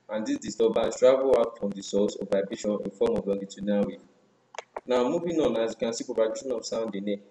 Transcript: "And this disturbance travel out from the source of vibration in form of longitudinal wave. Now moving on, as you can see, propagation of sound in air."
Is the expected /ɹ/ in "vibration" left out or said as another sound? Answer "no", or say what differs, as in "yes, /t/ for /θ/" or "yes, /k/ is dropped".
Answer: yes, /ɹ/ is dropped